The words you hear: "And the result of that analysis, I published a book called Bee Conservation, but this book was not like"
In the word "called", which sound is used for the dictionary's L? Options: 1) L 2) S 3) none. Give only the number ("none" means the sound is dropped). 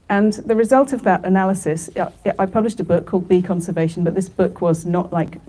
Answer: 1